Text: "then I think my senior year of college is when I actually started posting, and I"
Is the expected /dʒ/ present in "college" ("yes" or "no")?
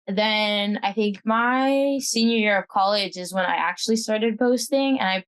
yes